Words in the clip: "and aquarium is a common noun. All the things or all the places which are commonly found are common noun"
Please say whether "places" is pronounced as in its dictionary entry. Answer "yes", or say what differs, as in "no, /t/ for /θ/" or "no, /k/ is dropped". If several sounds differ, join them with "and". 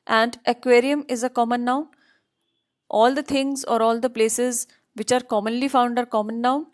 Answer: yes